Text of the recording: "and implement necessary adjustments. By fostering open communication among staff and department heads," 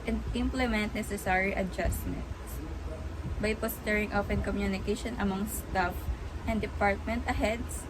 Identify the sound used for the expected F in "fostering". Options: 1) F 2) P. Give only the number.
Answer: 2